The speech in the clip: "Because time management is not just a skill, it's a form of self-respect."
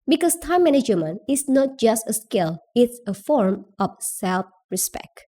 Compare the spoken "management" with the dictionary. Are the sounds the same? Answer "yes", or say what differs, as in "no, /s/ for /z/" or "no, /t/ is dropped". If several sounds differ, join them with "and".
no, /t/ is dropped